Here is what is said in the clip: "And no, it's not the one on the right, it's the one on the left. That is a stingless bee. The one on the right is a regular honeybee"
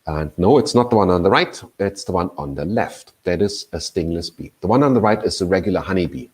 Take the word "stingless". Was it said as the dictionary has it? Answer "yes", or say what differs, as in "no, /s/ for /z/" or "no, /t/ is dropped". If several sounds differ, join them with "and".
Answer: yes